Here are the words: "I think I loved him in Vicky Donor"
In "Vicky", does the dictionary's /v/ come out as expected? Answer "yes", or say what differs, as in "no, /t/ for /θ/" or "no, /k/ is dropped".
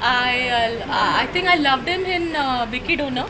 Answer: no, /b/ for /v/